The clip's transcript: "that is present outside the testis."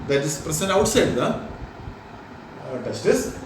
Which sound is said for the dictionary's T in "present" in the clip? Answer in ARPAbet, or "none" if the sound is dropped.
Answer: none